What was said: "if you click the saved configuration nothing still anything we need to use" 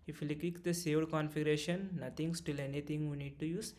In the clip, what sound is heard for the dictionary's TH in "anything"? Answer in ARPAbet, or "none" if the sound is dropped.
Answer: T